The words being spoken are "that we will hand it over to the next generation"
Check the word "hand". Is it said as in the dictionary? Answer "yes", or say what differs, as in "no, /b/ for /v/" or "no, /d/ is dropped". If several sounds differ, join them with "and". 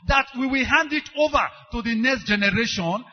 yes